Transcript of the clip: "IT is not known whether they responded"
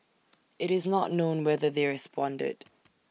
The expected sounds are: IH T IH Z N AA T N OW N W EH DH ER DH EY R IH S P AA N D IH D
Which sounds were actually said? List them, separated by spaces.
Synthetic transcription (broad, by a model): IH T IH Z N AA T N OW N W EH DH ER DH EY R IH S P AA N D IH D